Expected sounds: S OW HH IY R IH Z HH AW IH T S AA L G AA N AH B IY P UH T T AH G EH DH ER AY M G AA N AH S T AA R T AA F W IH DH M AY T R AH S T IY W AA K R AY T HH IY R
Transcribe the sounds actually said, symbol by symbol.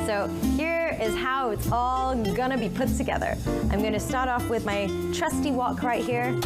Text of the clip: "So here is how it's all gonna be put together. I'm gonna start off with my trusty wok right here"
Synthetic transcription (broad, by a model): S OW HH IY R IH Z HH AW IH T S AA L G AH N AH B IY P UH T T AH G EH DH ER AY M G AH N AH S T AA R T AA F W IH DH M AY T R AH S T IY W AA K R AY T HH IY R